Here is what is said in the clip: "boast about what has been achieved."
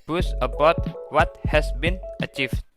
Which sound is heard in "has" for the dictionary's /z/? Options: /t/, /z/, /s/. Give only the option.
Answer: /s/